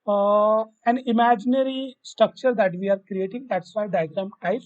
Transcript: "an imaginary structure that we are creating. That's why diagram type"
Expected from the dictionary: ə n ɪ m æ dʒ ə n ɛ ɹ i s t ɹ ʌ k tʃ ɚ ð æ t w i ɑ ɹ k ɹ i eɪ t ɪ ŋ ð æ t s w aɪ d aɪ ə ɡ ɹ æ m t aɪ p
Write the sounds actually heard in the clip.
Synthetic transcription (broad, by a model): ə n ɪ m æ dʒ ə n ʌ ɹ i s t ɹ ʌ k tʃ ɚ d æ t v i ɑ ɹ k ɹ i eɪ t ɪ ŋ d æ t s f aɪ d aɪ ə ɡ ɹ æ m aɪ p